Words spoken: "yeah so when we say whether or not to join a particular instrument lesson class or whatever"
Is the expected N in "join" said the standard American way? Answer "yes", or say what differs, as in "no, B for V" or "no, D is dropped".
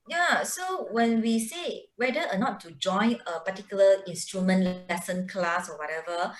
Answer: yes